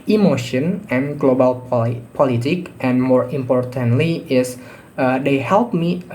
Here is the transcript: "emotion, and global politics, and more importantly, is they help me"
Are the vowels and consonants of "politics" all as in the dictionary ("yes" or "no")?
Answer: no